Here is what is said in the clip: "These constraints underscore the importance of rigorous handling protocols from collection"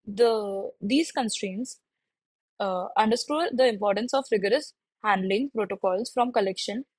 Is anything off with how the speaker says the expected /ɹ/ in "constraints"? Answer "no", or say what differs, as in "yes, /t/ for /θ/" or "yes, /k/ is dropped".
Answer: no